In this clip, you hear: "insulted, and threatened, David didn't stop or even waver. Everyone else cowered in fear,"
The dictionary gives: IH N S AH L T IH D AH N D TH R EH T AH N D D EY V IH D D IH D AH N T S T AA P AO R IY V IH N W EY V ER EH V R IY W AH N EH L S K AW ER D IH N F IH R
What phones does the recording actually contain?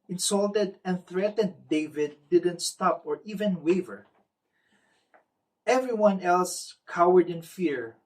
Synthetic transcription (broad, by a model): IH N S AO L T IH D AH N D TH R EH T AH N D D EY V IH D D IH D AH N T S T AA P AO R IY V IH N W EY V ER EH V R IY W AH N EH L S K AW ER D IH N F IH R